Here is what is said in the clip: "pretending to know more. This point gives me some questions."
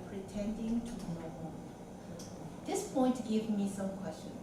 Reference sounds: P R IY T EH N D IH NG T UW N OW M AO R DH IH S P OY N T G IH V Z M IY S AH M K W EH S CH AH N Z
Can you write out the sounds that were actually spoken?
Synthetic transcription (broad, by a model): P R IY T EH N D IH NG T UW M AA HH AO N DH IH S P OY N T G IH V M IY S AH M K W EH S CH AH N